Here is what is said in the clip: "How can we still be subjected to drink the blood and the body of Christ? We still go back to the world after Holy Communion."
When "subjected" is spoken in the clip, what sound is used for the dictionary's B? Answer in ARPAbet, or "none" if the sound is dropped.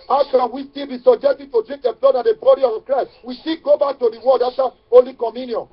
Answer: none